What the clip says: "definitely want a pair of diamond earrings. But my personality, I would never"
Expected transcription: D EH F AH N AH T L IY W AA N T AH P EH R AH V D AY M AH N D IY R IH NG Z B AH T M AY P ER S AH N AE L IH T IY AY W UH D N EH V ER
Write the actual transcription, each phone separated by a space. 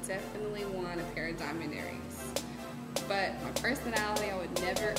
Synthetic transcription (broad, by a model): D EH F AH N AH T L IY W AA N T AH P EH R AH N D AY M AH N EH R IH Z B AH T M AY P ER S AH N AE L IH T IY AY W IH D N EH V ER